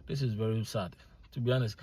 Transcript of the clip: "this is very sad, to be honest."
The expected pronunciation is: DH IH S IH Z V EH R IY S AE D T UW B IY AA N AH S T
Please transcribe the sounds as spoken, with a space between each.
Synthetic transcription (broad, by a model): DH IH S IH Z V EH R IY S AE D T UW B IY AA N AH S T